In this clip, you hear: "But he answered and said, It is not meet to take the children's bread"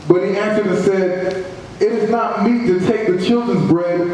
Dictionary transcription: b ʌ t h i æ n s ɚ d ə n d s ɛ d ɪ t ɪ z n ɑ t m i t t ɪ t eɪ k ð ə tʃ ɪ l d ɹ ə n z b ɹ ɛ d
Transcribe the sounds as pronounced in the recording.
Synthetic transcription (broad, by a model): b ʌ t h i æ n s ɚ d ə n s ɛ d ɪ t ɪ z n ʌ t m i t t ɪ t eɪ k ð ə tʃ ɪ l d ɹ ə n z b ɹ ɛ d